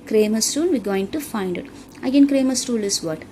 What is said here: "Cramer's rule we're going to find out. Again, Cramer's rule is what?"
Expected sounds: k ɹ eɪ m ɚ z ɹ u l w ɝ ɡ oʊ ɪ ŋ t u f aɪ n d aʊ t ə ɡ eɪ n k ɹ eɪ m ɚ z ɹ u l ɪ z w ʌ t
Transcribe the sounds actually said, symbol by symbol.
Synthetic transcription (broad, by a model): k ɹ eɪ m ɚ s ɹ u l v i ɡ oʊ ɪ ŋ t u f aɪ n d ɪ t ə ɡ eɪ n k ɹ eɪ m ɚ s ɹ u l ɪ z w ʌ t